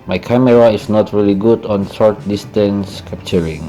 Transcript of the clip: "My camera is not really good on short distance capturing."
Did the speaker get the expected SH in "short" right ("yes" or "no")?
no